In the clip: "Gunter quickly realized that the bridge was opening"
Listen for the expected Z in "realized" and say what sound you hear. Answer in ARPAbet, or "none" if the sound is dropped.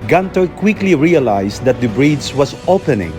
S